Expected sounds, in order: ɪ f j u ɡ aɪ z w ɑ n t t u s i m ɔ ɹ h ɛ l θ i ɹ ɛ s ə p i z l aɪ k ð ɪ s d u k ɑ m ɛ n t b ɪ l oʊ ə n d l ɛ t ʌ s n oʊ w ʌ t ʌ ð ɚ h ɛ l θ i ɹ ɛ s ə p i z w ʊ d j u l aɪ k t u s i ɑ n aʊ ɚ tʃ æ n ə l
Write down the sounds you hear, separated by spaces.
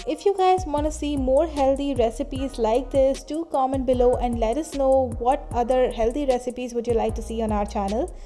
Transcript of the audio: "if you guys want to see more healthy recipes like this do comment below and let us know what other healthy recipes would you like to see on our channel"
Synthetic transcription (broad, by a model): ɪ f j u ɡ aɪ z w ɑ n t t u s i m ɔ ɹ h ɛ l t i ɹ ɛ s ə p i z l aɪ k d ɪ s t u k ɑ m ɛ n b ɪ l oʊ ə n d l ɛ t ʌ s n oʊ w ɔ t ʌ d ɚ h ɛ l t i ɹ ɛ s ə p i z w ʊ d j u l aɪ k t u s i ɑ n aʊ ɚ tʃ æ n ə l